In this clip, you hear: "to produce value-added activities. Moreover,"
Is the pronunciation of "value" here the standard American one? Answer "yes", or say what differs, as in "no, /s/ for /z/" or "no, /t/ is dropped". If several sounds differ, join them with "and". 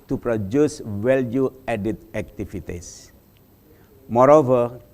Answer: no, /w/ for /v/